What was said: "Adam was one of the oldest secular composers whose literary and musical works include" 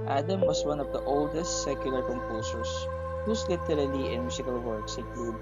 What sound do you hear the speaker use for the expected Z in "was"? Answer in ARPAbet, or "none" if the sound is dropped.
S